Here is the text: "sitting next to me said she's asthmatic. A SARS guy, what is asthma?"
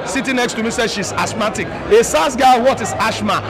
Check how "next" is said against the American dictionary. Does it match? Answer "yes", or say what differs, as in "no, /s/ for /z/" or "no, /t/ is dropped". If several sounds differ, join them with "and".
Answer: yes